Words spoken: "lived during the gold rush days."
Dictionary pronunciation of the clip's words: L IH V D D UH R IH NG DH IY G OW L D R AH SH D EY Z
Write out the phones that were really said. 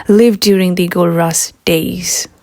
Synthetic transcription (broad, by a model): L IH V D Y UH R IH NG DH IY G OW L R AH S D EY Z